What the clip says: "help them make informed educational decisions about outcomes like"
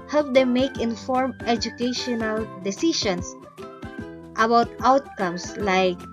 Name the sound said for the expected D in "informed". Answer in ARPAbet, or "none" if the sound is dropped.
none